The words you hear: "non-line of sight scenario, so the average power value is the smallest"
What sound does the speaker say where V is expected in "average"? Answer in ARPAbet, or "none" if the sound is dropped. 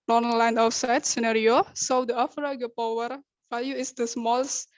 F